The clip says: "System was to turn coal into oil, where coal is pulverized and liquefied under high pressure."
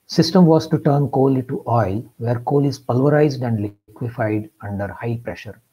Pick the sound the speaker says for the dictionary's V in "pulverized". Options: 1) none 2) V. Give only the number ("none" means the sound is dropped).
2